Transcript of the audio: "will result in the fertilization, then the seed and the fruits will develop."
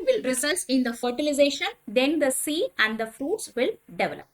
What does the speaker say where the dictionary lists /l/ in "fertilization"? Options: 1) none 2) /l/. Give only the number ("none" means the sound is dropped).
2